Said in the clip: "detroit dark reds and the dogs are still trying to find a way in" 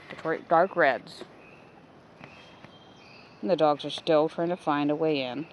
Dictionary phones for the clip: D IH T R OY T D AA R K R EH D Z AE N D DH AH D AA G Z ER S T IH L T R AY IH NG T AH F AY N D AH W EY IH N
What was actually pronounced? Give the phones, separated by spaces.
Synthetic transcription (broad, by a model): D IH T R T D AA R K R EH D Z N DH AH D AA G Z ER S T IH L T R AY IH NG T AH F AY N D AH W EY IH N